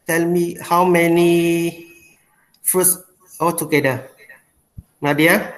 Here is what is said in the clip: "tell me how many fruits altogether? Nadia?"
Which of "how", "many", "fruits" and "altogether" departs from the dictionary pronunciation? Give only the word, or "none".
altogether